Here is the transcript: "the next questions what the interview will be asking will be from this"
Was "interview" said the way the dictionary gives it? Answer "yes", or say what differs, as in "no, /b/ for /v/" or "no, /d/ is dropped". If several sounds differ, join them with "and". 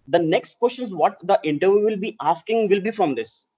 yes